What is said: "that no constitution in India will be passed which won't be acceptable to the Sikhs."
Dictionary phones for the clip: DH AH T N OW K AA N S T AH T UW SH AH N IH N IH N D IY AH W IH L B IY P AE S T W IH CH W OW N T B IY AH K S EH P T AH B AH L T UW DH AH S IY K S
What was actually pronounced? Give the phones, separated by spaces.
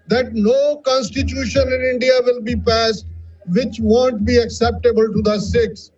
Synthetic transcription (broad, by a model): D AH T N OW K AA N S T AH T UW SH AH N IH N IH N D IY AH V IH L B IY P AE S T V IH CH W OW N T B IY AH K S EH P T AH B AH L T UW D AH S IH K S